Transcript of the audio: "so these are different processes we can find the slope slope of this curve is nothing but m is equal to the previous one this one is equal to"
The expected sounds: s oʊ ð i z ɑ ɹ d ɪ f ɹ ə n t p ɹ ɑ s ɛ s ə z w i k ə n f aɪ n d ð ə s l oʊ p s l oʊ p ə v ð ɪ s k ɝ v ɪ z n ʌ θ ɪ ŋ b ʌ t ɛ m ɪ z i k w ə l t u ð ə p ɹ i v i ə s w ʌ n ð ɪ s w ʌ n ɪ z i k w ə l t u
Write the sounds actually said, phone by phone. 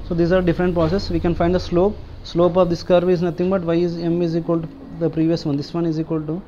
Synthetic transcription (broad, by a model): s oʊ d i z ɑ ɹ d ɪ f ɹ ə n t p ɹ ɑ s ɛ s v i k ə n f aɪ n d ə s l oʊ p s l oʊ p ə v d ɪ s k ɝ v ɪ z n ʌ t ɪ ŋ b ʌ t ɛ m ɪ z i k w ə l t u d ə p ɹ i v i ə s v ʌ n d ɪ s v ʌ n ɪ z i k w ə l t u